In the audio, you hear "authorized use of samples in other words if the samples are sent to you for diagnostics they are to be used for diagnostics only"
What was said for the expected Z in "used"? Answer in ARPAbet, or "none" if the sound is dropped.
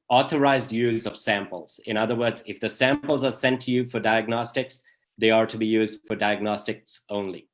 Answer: Z